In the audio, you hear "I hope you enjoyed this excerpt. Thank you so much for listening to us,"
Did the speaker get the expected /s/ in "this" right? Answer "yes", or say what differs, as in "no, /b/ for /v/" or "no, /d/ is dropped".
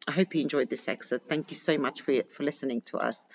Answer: yes